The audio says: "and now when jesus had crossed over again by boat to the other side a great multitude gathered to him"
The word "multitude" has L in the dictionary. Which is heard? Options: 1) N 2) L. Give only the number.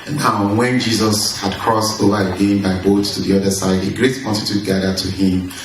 1